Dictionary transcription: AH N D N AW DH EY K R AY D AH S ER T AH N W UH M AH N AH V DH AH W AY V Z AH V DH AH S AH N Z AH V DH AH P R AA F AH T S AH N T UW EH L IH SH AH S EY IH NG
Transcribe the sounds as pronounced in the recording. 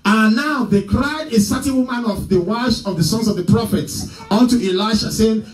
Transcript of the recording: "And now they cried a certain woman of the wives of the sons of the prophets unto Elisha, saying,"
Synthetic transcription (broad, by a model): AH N N AW DH EY K R AY D AH S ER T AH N W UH M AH N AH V DH AH W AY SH AH V DH AH S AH N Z AH V DH AH P R AA F AH T S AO N T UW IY L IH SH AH S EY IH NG